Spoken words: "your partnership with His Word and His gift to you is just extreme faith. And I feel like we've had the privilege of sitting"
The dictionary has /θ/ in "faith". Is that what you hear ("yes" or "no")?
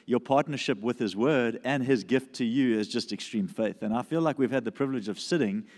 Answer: yes